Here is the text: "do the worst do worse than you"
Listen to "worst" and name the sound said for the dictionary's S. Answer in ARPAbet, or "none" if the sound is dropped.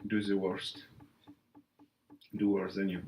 S